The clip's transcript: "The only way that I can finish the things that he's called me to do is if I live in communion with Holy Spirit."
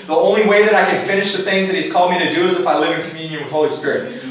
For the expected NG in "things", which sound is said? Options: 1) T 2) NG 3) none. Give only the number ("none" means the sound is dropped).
2